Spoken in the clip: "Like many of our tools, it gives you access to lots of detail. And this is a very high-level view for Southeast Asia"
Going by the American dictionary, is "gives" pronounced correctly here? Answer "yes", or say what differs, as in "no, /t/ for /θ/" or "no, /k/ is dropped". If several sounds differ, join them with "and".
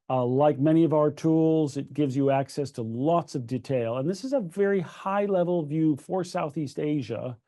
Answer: yes